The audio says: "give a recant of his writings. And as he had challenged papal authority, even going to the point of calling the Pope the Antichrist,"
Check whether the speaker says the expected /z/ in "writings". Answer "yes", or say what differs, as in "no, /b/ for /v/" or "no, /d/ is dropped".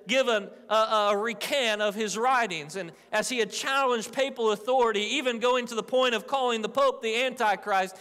yes